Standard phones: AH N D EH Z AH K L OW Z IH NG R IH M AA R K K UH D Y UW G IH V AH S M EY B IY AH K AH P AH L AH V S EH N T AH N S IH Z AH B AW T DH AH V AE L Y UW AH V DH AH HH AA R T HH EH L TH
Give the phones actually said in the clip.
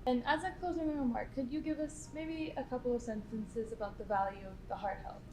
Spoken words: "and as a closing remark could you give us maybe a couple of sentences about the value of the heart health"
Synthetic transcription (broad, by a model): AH N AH Z AH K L OW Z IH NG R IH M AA R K K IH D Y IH G IH V AH S M EY B IY AH K AH P L AH V S EH N T AH N S IH Z AH B AW T DH AH V AE L Y UW AH V DH AH HH AA R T HH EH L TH